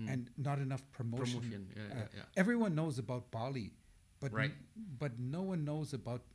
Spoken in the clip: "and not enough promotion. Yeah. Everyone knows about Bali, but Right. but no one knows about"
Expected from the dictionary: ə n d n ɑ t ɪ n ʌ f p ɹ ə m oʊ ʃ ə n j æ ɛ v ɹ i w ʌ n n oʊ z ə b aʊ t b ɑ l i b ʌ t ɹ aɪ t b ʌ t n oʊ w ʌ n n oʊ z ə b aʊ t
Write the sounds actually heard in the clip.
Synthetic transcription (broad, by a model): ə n n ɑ t ɪ n ʌ f p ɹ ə m oʊ ə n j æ ɛ v ɹ i w ʌ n n oʊ z ə b aʊ t b ɑ l i b ʌ t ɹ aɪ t b ʌ t n oʊ w ʌ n n oʊ z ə b aʊ t